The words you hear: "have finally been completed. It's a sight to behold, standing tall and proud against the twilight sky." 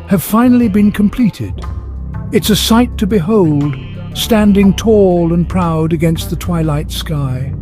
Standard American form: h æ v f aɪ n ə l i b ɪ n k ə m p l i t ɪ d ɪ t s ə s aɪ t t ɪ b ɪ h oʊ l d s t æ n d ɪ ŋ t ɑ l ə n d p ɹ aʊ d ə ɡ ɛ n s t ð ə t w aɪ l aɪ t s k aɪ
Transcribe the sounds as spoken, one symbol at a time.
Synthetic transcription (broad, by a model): h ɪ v f aɪ n l i b ɪ n k ə m p l i t ɪ d ɪ t s ə s aɪ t t ɪ b ɪ h oʊ l d s t æ n d ɪ ŋ t ɑ l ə n p ɹ aʊ d ə ɡ ɛ n s t ð ə t w aɪ l aɪ t s k aɪ